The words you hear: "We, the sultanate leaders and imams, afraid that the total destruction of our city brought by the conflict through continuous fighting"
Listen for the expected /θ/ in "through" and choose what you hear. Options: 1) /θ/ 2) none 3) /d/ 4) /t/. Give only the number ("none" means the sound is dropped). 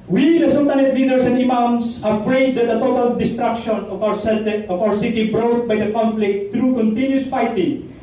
4